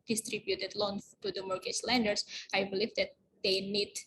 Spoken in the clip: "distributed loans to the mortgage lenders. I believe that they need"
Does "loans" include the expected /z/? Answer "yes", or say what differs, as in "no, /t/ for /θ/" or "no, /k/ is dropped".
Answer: no, /z/ is dropped